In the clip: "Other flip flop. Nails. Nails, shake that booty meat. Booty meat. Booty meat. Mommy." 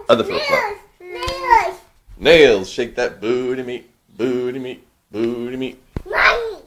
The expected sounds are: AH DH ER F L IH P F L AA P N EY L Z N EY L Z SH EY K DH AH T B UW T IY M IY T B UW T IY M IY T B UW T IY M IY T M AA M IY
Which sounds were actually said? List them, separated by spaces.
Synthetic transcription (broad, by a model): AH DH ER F AH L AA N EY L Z N EY L Z SH EY K DH AH T B UW T IY M IY T B UW T IY M IY T B UW T IY M IY T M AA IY